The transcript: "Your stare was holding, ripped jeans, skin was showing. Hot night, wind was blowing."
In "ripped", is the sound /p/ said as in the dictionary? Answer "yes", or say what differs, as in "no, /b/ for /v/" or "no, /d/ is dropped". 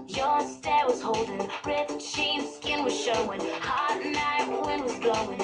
no, /p/ is dropped